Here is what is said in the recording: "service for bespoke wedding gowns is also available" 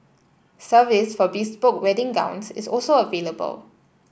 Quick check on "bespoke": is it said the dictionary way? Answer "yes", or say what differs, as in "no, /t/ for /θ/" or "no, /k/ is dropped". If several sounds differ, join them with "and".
no, /b/ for /p/